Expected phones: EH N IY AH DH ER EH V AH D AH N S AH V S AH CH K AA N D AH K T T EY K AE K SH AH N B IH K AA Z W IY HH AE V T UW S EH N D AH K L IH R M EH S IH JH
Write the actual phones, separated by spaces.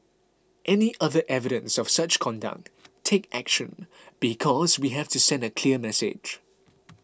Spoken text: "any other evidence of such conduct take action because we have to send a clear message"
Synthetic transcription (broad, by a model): EH N IY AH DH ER EH V AH D AH N S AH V S AH CH K AA N D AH K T T EY K AE K SH AH N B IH K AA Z W IY HH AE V T UW S EH N D AH K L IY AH M EH S IH JH